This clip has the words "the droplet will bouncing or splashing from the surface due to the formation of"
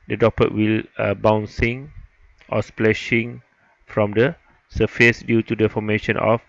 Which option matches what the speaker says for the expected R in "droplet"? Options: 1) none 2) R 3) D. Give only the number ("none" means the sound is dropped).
1